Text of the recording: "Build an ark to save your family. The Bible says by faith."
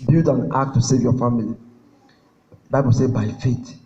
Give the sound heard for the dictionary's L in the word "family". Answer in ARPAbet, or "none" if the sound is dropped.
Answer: none